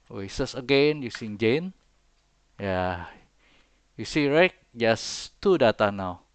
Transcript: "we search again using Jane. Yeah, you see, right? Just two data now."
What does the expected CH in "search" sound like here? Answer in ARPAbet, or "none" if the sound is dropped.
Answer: S